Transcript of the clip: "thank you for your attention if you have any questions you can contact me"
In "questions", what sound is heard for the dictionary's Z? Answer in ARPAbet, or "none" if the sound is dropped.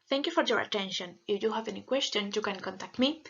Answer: none